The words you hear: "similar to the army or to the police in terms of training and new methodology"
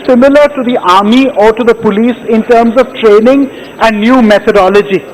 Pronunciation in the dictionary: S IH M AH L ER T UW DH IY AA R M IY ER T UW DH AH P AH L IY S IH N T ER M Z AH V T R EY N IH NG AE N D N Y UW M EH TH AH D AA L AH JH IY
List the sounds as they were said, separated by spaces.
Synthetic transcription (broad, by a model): S IH M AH L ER T UW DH IY AA R M IY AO T UW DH AH P AH L IY S IH N T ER M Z AH V T R EY N IH NG AE N D N Y UW M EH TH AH D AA L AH JH IY